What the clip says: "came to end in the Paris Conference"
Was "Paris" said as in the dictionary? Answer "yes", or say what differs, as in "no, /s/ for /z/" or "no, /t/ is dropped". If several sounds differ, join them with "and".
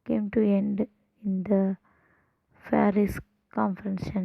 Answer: no, /f/ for /p/